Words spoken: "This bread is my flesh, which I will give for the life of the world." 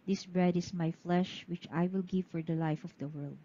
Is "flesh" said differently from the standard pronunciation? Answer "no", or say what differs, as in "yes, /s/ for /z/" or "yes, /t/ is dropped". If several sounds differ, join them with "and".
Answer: no